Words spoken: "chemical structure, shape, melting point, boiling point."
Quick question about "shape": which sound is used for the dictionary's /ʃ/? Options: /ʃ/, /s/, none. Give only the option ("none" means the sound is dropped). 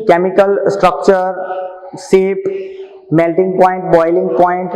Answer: /s/